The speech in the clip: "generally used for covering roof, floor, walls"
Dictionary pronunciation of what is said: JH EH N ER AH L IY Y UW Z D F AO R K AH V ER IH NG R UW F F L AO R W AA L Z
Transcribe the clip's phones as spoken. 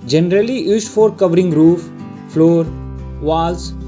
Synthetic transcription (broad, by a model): JH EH N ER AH L IY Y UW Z F AO R K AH V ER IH NG R UW F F L AO R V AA L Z